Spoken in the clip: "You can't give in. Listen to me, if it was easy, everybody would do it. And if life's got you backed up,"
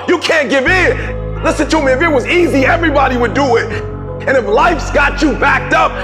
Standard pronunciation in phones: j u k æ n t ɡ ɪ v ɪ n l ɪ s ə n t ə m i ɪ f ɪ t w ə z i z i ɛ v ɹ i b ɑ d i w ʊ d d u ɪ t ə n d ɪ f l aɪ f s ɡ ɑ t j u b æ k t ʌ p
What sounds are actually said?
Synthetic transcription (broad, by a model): j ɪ k æ n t ɡ ɪ v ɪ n l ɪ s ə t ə m i ɪ f ɪ t w ə z i z i ɛ v ɹ i b ɑ d i w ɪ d d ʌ ɪ t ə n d ɪ f l aɪ f s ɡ ɑ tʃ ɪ b æ k t ʌ p